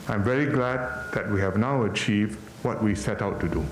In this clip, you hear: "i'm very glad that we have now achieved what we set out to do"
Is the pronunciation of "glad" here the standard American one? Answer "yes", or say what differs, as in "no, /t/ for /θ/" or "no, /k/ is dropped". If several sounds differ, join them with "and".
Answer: yes